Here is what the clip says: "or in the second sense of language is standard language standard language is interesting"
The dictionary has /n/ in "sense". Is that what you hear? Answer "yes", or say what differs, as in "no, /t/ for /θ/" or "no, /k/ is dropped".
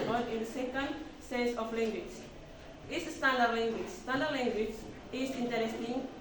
no, /n/ is dropped